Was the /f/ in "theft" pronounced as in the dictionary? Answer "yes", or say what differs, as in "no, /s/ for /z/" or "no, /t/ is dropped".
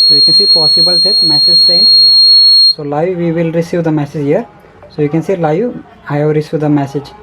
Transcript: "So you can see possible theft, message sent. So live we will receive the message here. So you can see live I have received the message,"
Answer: no, /f/ is dropped